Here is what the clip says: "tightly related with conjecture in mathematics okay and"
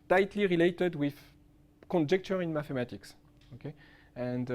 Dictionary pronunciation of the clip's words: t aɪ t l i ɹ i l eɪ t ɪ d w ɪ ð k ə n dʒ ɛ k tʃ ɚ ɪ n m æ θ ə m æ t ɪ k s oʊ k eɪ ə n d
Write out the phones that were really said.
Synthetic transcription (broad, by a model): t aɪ t l i ɹ i l eɪ t ɪ d w ɪ ð k ə n dʒ ɛ k tʃ ɚ ɪ n m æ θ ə m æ t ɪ k s oʊ k eɪ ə n d